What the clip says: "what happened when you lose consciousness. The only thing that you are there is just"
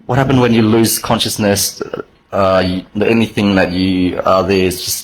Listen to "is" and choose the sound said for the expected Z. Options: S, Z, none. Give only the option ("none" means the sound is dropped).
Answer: Z